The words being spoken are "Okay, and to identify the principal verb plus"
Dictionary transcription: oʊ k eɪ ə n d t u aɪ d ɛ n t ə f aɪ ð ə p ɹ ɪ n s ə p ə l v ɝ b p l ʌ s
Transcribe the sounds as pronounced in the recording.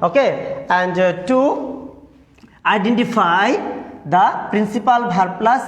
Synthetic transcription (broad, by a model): oʊ k eɪ ə n d t u aɪ d ɛ n t ə f aɪ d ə p ɹ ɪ n s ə p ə l b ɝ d p l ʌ s